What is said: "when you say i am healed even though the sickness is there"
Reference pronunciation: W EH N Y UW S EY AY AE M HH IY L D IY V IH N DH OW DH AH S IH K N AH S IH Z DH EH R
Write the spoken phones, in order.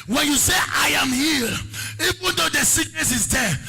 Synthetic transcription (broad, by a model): W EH N Y UW S EY AY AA M HH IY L IY V IH N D OW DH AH S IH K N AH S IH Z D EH